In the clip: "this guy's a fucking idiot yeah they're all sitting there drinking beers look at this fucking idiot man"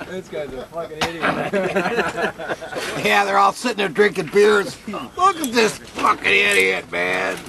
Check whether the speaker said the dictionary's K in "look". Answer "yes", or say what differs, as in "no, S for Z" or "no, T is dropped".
yes